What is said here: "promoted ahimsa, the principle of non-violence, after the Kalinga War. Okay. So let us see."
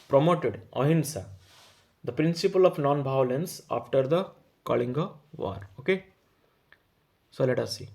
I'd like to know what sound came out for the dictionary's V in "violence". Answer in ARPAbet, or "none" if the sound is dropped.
B